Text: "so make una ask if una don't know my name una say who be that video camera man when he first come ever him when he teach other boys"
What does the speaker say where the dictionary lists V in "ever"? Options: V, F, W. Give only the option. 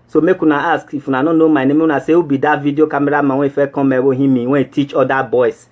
W